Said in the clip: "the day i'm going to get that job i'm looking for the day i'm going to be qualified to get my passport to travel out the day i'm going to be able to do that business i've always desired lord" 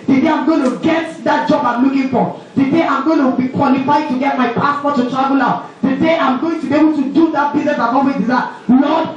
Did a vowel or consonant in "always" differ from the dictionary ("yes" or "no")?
yes